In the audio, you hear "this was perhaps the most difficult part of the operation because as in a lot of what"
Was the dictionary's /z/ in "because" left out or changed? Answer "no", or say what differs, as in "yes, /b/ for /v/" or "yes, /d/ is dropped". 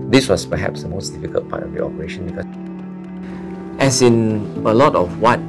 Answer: yes, /z/ is dropped